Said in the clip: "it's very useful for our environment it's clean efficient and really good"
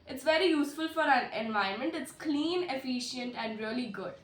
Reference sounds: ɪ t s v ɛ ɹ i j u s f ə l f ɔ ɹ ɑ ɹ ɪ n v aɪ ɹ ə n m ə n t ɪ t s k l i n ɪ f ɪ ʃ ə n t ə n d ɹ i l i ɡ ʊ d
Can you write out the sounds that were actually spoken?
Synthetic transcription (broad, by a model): ɪ t s v ɛ ɹ i j u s f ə l f ɔ ɹ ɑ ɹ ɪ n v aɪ ə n m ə n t ɪ t s k l i n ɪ f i ʃ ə n t ə n d ɹ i l i ɡ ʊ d